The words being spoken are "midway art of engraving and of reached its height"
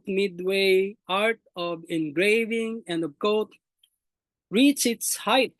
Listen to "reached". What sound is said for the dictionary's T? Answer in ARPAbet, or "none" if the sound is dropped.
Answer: none